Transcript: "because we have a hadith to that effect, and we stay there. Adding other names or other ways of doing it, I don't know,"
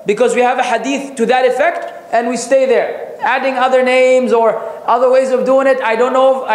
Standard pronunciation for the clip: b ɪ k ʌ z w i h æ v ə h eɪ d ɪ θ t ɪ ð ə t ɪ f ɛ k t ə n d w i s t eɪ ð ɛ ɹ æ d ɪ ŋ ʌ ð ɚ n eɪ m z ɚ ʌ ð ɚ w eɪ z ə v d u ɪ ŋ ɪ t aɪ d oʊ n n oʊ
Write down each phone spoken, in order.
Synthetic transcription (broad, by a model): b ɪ k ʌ z w i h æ v ə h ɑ d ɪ θ t ɪ ð ə t ɪ f ɛ k t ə n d w i s t eɪ ð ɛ ɹ æ d ɪ ŋ ʌ ð ɚ n eɪ m z ɚ ʌ ð ɚ w eɪ z ə v d u ɪ ŋ ɪ t aɪ d oʊ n n oʊ